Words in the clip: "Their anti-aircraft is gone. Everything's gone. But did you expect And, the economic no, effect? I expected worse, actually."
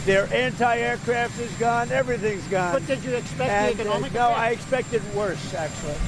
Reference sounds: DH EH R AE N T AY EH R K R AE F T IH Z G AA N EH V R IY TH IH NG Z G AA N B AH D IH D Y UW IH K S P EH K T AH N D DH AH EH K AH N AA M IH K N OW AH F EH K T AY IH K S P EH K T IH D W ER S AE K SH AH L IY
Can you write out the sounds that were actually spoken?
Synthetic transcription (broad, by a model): DH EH R AE N T AY EH R K R AE F T IH Z G AA N EH V R IY TH IH NG Z G AA N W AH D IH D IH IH K S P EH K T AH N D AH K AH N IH N OW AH AY IH K S P EH K T IH D W ER S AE K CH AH L IY